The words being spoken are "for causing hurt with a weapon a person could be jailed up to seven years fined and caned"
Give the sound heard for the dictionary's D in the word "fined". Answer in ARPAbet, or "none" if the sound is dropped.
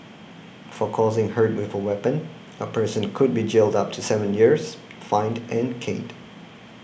D